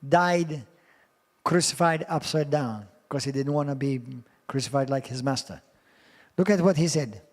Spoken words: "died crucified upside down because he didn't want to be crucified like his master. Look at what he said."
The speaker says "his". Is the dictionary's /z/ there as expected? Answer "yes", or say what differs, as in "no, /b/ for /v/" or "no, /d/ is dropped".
yes